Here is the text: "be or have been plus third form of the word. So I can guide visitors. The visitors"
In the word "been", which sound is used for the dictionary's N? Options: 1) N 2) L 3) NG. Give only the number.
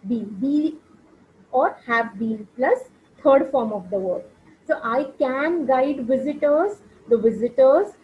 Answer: 2